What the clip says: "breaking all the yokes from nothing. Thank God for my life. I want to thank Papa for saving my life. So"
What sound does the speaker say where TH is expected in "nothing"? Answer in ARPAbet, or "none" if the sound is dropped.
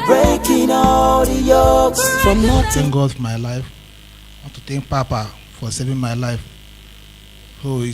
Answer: T